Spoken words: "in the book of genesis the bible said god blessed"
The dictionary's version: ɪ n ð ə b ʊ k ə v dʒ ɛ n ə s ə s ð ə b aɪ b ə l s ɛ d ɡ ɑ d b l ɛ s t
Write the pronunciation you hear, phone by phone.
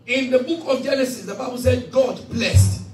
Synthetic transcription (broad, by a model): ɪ n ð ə b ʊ k ə v dʒ ɛ n ə s ə s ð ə b aɪ b ə l s ɛ d ɡ ɑ d b l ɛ s t